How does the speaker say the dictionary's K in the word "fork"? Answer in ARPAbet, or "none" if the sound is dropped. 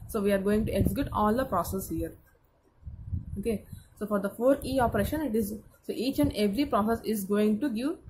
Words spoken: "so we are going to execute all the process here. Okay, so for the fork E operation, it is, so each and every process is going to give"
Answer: none